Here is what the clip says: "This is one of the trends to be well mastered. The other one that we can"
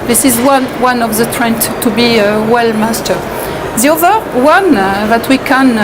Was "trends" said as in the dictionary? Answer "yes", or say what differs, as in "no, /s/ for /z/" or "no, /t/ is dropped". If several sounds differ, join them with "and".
no, /z/ is dropped